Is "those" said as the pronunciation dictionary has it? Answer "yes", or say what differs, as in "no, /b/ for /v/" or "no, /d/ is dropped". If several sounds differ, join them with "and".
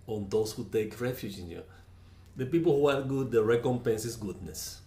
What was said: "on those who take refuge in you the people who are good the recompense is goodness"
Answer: no, /s/ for /z/